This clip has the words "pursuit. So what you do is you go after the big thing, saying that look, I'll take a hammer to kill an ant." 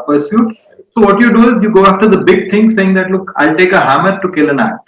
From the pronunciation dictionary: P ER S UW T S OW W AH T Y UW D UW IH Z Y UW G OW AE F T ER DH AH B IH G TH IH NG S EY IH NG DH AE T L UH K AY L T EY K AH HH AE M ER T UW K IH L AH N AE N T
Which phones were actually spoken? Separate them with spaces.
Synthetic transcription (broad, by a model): P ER S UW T S OW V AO T Y UW D UW IH Z Y UW G OW AE F T ER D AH B IH G T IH NG S EY IH NG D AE T L UH K AY L T EY K AH HH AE M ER T UW K IH L AH N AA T